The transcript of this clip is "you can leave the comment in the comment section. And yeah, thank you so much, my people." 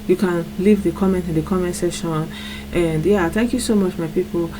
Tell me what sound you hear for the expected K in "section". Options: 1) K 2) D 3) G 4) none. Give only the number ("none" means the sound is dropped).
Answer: 4